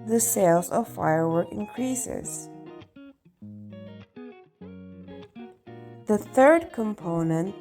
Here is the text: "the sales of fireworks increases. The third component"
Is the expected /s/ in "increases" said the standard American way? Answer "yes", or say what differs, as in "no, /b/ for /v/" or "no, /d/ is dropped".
yes